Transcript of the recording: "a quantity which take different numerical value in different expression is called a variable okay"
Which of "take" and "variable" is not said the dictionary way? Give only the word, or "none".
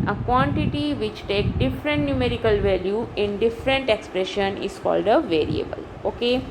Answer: none